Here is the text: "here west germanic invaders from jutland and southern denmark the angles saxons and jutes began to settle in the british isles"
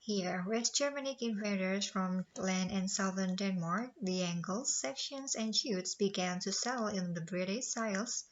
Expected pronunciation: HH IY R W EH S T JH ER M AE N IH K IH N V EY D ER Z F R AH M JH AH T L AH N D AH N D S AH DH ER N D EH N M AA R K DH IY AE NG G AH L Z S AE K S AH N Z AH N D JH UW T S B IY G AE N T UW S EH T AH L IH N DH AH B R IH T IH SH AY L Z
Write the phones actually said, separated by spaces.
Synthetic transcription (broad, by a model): HH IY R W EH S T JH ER M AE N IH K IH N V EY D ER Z F R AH M L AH N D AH N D S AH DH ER N D EH N M AA R K DH IY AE NG G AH L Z S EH K SH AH N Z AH N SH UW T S B IY G AE N T UW S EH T L IH N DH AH B R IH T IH S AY L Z